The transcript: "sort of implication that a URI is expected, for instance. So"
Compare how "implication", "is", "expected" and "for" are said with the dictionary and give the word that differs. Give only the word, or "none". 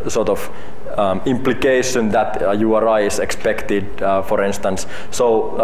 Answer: is